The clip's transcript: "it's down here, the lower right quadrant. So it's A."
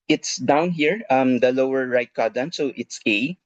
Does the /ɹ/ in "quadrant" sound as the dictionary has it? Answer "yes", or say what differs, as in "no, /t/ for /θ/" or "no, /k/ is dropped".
no, /ɹ/ is dropped